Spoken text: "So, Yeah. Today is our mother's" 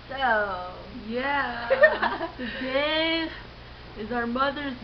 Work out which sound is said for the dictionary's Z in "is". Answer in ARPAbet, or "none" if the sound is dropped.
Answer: Z